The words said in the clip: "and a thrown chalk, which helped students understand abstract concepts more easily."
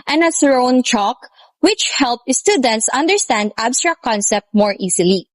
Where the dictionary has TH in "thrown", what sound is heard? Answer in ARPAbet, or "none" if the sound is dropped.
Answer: S